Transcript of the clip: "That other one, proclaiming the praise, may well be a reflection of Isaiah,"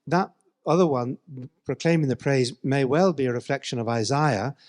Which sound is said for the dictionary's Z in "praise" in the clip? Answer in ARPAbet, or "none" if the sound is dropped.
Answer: Z